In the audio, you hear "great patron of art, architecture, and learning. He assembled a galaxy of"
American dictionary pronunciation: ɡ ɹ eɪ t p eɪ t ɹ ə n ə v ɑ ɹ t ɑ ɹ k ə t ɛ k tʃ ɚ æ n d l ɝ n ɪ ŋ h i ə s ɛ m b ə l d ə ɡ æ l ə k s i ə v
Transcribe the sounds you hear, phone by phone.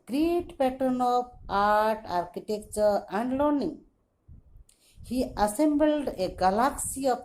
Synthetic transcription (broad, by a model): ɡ ɹ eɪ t p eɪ t ɹ n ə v ɑ ɹ t ɑ ɹ k ə t ɛ k tʃ ɚ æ n d l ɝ n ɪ ŋ h i ə s ɛ m b ə l d ə ɡ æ l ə k s i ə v